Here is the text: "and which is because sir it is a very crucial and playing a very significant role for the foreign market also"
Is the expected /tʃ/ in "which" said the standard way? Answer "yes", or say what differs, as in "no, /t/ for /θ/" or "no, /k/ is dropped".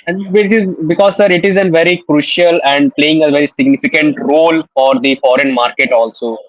no, /s/ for /tʃ/